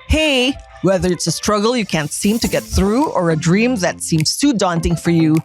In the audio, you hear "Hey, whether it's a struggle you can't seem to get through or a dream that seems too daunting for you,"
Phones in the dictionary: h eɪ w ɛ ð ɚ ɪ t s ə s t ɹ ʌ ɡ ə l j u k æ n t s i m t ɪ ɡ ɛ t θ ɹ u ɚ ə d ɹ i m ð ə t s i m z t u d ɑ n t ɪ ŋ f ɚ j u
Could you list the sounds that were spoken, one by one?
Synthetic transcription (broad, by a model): h eɪ w ɛ ð ɚ ɪ t s ə s t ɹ ʌ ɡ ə l j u k æ n t s i m t ɪ ɡ ɛ t θ ɹ u ɚ ə d ɹ i m ð ə t s i m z t u d ɑ n t ɪ ŋ f ɚ j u